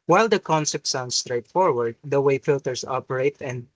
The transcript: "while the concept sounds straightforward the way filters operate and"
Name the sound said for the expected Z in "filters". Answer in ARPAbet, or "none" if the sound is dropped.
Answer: S